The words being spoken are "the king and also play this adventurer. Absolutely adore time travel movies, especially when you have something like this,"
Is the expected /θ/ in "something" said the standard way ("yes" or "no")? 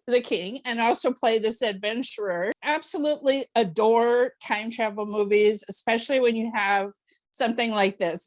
yes